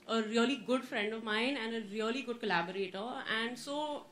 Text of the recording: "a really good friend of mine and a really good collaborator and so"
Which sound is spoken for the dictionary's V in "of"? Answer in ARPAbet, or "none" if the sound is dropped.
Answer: V